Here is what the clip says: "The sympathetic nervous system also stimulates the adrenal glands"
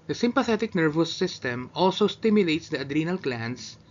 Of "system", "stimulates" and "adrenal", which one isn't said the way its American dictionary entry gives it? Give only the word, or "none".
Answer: none